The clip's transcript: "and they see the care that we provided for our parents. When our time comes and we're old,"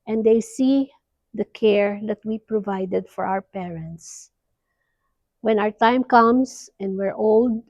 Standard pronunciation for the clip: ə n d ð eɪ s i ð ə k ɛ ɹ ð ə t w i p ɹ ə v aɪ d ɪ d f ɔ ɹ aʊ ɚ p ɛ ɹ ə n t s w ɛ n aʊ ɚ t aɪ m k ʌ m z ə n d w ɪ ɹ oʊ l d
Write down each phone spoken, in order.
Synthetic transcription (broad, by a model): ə n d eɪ s i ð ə k ɛ ɹ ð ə t w i p ɹ ə v aɪ d ɪ d f ɔ ɹ aʊ ɚ p ɛ ɹ ə n t s w ɛ n aʊ ɚ t aɪ m k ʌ m s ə n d w ɪ ɹ oʊ l d